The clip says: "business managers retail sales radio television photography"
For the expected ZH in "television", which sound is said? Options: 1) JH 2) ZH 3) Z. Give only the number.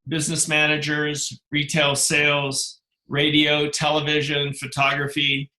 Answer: 2